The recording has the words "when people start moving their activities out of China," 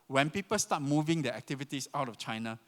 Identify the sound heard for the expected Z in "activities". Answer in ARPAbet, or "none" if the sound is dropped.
S